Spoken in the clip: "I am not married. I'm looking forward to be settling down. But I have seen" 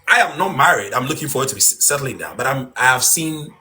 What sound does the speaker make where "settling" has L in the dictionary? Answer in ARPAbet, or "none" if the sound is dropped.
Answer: L